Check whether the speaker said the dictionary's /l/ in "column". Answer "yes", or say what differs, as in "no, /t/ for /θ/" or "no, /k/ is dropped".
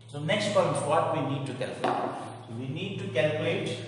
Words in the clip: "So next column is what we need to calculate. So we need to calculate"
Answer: no, /l/ is dropped